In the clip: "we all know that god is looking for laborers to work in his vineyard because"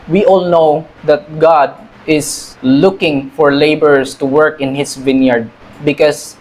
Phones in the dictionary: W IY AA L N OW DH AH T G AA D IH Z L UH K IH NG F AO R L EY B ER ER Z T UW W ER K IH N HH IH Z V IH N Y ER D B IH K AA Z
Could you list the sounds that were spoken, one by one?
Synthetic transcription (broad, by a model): W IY AA L N OW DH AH T G AA D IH S L UH K IH NG F AO R L EY B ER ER S T UW W ER K IH N HH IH S V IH N Y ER D B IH K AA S